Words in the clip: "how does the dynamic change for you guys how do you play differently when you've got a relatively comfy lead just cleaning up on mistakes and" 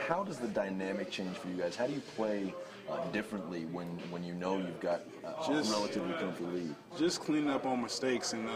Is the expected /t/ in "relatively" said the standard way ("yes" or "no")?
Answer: yes